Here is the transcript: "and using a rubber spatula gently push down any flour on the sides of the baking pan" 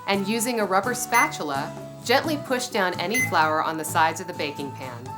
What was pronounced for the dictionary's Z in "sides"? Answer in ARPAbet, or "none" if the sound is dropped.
Z